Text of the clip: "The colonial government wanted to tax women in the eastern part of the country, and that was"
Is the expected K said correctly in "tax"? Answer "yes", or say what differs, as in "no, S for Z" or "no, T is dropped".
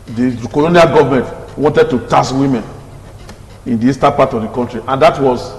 no, K is dropped